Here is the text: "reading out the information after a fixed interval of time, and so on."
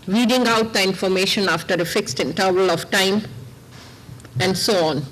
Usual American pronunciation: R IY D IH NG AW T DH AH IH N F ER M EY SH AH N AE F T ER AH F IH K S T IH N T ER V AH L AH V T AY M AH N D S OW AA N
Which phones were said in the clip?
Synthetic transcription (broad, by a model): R IY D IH NG AW T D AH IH N F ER M EY SH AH N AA F T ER AH F IH K S T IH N T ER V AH L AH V T AY M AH N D S OW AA N